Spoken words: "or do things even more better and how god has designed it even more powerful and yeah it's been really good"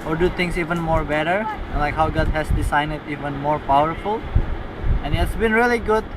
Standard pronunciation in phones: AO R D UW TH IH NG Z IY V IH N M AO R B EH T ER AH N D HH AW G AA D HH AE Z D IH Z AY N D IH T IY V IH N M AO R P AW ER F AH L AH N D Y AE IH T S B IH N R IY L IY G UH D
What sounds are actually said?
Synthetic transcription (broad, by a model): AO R D UW T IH NG S IY V IH N M AO R B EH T ER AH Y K HH AW G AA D HH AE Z D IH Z AY N IH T IY V IH N M AO R P AW ER F AH L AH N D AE IH T S B IH N R IY L IY G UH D